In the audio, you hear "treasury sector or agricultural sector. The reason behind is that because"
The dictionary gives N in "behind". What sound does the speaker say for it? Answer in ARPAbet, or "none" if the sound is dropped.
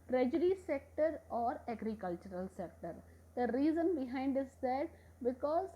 N